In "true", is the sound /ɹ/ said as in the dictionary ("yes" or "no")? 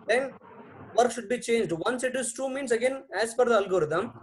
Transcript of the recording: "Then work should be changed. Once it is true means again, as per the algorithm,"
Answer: no